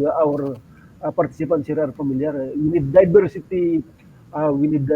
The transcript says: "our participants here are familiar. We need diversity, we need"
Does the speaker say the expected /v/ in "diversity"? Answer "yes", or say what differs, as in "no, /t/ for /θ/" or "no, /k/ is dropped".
no, /b/ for /v/